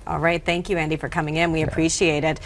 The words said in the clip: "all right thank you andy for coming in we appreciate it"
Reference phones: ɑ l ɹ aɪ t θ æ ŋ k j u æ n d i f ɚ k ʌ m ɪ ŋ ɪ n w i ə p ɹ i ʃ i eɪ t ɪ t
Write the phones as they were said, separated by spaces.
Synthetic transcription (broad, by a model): ɑ l ɹ aɪ t θ æ ŋ k j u æ n d i f ɚ k ʌ m ɪ ŋ ɪ n w i ə p ɹ i ʃ i eɪ t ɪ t